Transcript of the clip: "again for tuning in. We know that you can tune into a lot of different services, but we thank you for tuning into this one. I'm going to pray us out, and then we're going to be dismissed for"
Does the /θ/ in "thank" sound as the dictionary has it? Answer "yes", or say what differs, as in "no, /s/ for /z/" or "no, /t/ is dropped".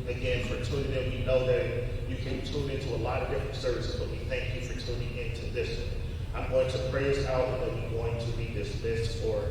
yes